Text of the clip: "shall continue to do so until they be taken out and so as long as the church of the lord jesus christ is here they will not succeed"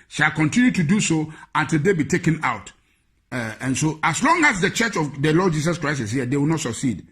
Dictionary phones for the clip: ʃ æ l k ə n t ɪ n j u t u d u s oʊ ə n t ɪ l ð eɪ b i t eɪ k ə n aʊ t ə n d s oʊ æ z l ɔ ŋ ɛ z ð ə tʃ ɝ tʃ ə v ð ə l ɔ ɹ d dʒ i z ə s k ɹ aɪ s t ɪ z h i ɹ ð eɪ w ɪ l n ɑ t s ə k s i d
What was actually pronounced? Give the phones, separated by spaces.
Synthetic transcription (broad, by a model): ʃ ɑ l k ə n t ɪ n j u t u d u s oʊ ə n t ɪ l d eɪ b i t eɪ k ə n aʊ t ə n s oʊ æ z l ɔ ŋ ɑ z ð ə tʃ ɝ tʃ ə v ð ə l ɔ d dʒ i s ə s k ɹ aɪ s ɪ s h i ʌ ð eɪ w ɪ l n ɑ t s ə k s i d